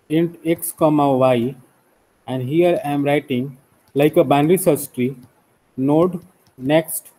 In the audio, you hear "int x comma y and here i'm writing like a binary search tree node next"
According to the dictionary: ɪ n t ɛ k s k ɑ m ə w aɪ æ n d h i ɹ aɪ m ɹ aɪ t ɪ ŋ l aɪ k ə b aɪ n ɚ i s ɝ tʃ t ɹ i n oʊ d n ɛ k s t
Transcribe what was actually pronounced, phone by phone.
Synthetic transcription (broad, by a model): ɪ n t ɛ k s k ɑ m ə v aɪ æ n d h i ɹ aɪ m ɹ aɪ t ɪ ŋ l aɪ k ə b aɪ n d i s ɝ s t ɹ i n oʊ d n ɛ k s t